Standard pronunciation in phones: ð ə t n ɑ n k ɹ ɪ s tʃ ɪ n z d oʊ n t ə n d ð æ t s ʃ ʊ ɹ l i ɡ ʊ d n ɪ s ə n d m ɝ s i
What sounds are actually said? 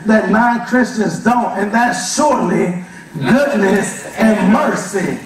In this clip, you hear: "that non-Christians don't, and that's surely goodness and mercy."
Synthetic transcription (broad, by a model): ð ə t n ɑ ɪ k ɹ ɪ s tʃ ɪ n z d oʊ n t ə n ð æ t s ʃ ʊ ɹ l i ɡ ʊ d n ɪ s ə n m ɝ s i